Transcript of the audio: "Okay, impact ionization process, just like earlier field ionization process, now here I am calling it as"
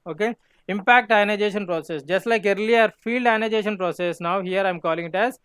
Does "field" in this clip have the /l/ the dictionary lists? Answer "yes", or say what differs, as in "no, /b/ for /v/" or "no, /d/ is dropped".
yes